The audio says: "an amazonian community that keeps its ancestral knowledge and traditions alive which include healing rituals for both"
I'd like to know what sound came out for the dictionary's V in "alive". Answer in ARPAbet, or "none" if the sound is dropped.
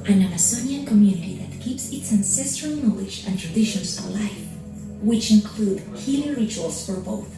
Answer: F